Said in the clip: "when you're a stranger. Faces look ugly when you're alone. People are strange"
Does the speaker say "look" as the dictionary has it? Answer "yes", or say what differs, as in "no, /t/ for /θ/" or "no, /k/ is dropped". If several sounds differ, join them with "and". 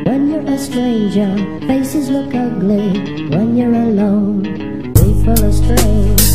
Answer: yes